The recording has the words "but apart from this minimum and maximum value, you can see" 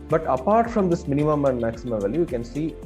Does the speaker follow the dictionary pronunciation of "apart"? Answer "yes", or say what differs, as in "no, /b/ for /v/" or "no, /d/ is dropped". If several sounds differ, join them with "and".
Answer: yes